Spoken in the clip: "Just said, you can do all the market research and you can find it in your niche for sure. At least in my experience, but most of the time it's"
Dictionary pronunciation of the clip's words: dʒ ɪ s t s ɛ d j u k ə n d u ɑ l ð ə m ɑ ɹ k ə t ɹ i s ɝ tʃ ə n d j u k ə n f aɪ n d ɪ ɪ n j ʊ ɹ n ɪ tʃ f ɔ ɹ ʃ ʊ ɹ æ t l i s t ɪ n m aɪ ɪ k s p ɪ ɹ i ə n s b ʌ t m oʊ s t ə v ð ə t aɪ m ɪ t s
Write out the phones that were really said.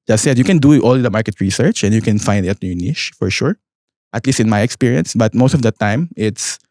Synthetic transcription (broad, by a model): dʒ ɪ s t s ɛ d j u k ə n d u ɑ l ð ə m ɑ ɹ k ə t ɹ i s ɝ tʃ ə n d j u k ə n f aɪ n d ɪ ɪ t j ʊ n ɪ ʃ f ɔ ɹ ʃ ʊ ɹ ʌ t l i s t ɪ n m aɪ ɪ k s p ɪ ɹ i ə n s b ʌ t m oʊ s t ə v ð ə t aɪ m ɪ t s